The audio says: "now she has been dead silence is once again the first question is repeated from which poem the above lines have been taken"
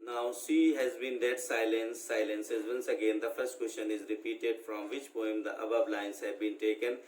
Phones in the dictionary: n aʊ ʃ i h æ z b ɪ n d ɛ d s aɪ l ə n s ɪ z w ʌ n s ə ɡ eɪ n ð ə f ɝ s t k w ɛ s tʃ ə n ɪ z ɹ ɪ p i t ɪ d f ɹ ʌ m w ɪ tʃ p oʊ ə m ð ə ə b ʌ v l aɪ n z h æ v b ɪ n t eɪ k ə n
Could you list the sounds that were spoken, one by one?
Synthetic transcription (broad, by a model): n aʊ s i h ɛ z b ɪ n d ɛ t s aɪ l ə n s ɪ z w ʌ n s ə ɡ eɪ n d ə f ɝ s t k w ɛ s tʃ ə n ɪ z ɹ ɪ p i t ɪ d f ɹ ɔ m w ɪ tʃ p oʊ ə m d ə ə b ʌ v l aɪ n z h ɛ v b ɪ n t eɪ k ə n